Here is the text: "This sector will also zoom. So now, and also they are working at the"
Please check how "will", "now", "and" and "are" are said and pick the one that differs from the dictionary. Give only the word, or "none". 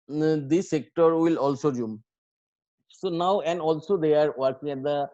none